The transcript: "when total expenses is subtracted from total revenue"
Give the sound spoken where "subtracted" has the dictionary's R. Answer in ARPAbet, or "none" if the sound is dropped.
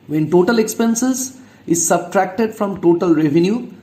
R